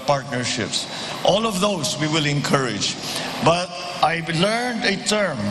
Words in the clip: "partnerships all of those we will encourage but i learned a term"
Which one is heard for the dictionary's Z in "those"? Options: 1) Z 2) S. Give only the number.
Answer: 2